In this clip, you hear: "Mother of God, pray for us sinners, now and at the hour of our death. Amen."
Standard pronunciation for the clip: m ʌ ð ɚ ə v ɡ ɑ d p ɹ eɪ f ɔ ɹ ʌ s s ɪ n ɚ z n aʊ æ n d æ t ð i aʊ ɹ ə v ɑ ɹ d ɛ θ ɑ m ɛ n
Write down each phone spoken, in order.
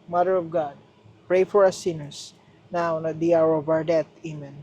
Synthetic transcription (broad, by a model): m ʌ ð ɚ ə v ɡ ɑ d p ɹ eɪ f ɔ ɹ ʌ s s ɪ n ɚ s n aʊ n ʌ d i aʊ ɹ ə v ɑ ɹ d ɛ t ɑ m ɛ n